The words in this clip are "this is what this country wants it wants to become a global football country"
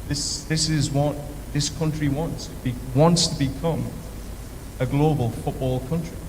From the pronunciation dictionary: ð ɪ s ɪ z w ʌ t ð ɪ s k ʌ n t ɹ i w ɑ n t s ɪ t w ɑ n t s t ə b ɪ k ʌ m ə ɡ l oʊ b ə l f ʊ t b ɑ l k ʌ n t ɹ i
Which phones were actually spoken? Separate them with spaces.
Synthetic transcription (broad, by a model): ð ɪ s ɪ z w ʌ t ð ɪ s k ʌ n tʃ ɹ i w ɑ n t s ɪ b w ɑ n t s t ə b ɪ k ʌ m ə ɡ l oʊ b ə l f ʊ t b ɑ l k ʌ n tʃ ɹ i